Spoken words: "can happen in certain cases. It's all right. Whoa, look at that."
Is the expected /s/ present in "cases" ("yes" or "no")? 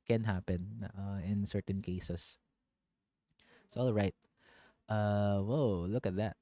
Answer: no